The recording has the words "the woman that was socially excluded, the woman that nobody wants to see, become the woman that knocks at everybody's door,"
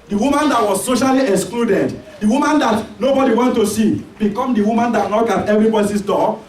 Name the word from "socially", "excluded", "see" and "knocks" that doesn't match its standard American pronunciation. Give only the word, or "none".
knocks